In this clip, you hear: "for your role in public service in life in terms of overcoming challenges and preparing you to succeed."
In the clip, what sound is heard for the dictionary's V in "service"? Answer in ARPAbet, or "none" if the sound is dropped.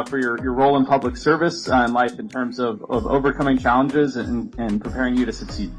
V